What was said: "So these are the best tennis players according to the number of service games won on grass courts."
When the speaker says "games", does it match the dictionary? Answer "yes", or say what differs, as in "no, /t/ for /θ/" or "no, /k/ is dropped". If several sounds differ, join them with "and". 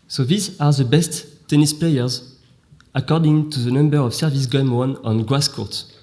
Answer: no, /z/ is dropped